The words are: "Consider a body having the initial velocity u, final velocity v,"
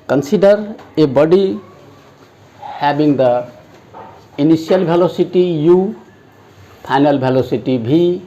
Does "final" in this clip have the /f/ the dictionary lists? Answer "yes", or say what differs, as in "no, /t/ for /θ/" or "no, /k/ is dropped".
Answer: no, /p/ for /f/